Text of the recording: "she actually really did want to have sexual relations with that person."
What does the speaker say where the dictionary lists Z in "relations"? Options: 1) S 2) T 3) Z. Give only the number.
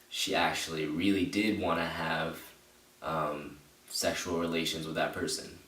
3